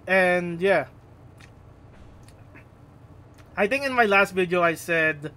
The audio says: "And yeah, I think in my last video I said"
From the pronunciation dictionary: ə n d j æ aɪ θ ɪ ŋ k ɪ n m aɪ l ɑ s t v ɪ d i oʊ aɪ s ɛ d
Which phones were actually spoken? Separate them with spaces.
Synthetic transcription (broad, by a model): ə n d j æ aɪ t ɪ ŋ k ɪ n m aɪ l ɑ s t v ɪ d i oʊ aɪ s ɛ d